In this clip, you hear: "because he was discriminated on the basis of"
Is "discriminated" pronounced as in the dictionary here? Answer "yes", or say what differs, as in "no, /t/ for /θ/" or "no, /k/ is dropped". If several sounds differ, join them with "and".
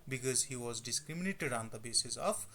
yes